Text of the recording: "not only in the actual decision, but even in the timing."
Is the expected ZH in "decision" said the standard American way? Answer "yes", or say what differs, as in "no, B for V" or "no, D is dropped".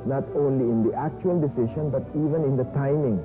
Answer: no, SH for ZH